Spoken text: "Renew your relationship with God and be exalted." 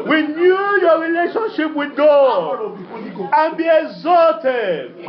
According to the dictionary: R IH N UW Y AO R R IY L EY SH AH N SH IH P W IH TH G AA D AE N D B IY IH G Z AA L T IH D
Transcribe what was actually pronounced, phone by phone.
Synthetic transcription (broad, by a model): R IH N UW Y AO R R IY L EY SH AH N SH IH P W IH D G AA AE N B IY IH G Z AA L T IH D